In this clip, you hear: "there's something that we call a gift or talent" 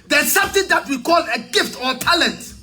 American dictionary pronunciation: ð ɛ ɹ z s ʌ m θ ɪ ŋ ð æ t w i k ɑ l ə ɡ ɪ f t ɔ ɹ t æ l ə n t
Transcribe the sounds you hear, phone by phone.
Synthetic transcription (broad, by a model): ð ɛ s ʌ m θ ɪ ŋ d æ t w i k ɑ l ə ɡ ɪ f t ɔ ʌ t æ l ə n t